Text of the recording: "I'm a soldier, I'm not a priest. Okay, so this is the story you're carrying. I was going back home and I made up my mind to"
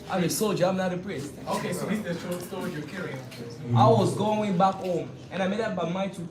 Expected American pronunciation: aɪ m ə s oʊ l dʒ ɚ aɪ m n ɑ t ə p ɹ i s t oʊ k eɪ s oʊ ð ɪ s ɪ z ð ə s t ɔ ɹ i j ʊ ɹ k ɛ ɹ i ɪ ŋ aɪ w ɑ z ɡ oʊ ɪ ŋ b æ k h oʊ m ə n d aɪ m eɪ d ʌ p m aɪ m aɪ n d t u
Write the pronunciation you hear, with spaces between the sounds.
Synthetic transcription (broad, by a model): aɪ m ə s oʊ l dʒ ɚ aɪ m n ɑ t ə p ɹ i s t oʊ k eɪ s oʊ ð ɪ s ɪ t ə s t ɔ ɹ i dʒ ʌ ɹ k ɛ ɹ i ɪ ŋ aɪ w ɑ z ɡ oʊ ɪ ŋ b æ k h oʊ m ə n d aɪ m eɪ d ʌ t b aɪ m aɪ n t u